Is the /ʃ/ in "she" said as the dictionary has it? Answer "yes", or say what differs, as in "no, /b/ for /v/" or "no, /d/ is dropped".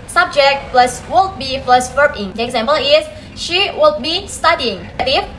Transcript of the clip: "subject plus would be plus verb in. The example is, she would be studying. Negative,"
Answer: yes